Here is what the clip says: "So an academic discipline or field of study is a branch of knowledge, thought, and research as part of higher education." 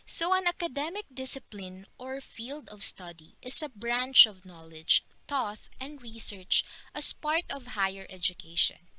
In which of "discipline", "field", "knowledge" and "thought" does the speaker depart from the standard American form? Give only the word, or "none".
thought